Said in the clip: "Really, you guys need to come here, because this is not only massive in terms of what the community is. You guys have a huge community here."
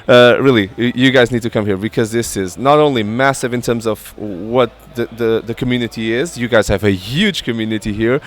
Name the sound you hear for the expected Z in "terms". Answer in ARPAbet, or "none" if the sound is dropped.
Z